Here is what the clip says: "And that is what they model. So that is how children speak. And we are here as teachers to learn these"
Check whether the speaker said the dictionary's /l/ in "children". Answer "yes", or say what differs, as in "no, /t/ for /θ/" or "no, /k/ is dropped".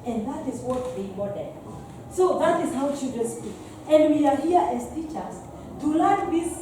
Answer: no, /l/ is dropped